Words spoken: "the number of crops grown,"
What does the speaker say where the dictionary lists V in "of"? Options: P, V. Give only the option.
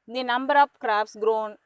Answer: P